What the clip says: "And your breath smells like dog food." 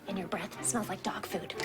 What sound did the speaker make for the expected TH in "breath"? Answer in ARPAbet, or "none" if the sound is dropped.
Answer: TH